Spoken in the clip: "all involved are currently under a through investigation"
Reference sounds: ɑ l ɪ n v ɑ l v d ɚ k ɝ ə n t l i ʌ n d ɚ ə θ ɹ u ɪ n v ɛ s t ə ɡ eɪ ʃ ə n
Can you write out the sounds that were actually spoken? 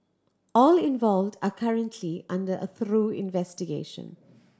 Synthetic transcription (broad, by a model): ɑ l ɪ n v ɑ l v d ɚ k ɝ ə n t l i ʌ n d ɚ ə θ ɹ u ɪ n v ɛ s t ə ɡ eɪ ʃ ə n